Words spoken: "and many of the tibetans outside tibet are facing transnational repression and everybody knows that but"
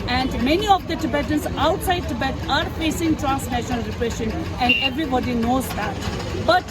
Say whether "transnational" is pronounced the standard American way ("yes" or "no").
yes